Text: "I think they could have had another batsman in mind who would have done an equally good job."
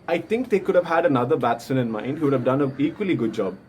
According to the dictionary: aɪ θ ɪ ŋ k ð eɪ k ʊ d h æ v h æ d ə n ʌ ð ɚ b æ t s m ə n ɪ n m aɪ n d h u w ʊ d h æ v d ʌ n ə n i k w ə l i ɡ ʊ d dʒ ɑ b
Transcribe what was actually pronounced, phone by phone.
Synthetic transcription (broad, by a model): aɪ t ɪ ŋ k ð eɪ k ʊ d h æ v h æ d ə n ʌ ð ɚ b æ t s ə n ɪ n m aɪ n d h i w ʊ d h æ v d ʌ n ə i k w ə l i ɡ ʊ d dʒ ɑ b